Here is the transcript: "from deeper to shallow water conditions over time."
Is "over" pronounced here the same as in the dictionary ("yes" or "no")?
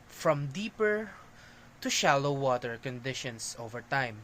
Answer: yes